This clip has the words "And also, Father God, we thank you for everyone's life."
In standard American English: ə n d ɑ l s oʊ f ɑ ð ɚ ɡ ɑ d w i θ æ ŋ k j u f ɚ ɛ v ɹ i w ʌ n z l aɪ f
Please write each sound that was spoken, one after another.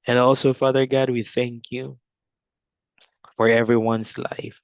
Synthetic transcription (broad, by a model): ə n ɑ l s oʊ f ɑ ð ɚ ɡ ɑ d w i θ æ ŋ k j u f ɚ ɛ v ɹ i w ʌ n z l aɪ f